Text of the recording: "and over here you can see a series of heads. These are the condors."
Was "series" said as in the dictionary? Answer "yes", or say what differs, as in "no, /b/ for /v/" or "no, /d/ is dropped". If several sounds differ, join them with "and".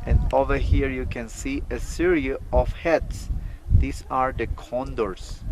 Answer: no, /z/ is dropped